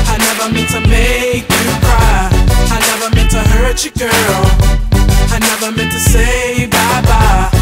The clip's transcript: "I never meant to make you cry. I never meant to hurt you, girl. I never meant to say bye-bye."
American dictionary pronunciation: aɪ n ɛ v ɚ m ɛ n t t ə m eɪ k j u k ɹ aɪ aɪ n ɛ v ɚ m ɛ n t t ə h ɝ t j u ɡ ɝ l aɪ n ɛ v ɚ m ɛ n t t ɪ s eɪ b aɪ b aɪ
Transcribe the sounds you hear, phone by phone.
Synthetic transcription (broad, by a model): aɪ n ɛ v ɚ m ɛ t t ə m eɪ k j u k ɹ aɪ aɪ n ɛ v ɚ m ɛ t t ə h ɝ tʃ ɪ ɡ ɝ l aɪ n ɛ v ɚ m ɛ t t ɪ s eɪ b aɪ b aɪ